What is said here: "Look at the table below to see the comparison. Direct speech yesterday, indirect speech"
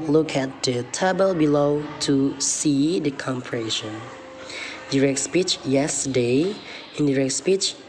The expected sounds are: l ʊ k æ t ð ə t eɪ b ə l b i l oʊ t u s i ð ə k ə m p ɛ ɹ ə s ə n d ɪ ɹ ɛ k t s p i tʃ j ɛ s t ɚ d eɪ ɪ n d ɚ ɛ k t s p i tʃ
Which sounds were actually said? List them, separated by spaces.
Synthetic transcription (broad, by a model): l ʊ k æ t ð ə t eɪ b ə l b i l oʊ t u s i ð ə k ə m p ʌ ɹ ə ʃ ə n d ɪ ɹ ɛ k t s p i tʃ j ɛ s t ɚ d eɪ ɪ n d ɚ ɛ k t s p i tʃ